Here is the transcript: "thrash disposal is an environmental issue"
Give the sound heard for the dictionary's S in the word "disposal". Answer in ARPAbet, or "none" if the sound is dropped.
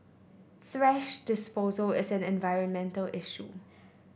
S